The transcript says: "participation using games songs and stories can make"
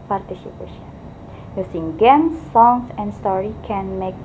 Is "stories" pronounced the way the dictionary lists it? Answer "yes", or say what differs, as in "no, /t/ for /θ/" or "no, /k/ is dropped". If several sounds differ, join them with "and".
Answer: no, /z/ is dropped